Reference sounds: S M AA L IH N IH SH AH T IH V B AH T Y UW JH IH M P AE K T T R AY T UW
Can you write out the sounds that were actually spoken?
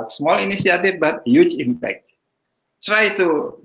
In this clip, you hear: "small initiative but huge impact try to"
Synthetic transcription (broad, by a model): S M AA L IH N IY S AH T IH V B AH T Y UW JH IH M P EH K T T R AY T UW